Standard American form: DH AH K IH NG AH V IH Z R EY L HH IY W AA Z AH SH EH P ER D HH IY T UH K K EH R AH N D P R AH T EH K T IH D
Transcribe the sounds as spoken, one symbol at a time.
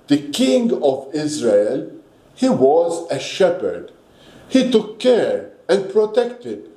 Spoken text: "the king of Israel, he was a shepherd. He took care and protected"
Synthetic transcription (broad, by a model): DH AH K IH NG AH V IH Z R EY L HH IY W AA Z AH SH EH P ER D HH IY T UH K K EH R AH N D P R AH T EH K T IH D